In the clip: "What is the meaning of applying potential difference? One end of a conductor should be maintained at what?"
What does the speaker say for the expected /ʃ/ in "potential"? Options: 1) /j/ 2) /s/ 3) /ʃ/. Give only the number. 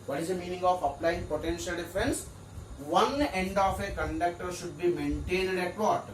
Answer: 3